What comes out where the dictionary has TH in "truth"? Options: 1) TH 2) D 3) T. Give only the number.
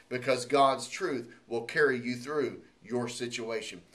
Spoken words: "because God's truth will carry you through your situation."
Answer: 1